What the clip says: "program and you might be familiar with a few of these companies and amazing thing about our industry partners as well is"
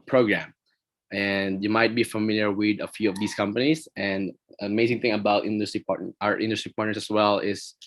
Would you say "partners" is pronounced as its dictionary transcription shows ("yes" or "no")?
no